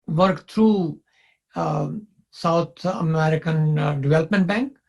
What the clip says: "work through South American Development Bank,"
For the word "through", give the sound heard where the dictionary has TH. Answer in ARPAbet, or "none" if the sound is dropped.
T